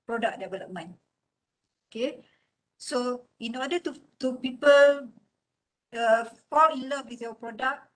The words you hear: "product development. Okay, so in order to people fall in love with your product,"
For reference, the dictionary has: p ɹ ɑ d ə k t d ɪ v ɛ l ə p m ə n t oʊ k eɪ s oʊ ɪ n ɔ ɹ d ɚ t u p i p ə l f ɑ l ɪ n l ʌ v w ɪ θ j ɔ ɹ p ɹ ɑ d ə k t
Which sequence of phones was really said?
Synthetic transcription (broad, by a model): p ɹ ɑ d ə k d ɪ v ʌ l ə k m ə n oʊ k eɪ s oʊ ɪ n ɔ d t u t u p i p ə l f ɑ l ɪ n l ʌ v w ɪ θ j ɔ p ɹ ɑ d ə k